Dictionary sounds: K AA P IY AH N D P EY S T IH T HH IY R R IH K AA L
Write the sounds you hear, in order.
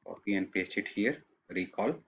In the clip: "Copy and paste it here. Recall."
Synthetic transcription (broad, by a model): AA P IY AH N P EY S IH T HH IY R R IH K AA L